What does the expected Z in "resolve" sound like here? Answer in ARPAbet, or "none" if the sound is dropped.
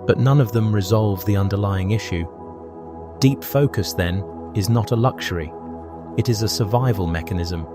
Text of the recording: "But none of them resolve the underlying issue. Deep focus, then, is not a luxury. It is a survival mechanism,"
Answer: Z